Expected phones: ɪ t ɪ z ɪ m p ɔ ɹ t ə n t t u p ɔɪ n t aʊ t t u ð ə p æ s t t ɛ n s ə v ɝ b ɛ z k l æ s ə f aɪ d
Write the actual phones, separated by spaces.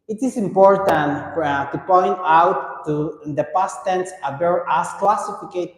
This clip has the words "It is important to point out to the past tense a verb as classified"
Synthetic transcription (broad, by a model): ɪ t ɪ s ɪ m p ɔ ɹ t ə n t t u p ɔɪ n t aʊ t t u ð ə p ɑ s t t ɛ n s ə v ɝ ɑ s k l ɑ s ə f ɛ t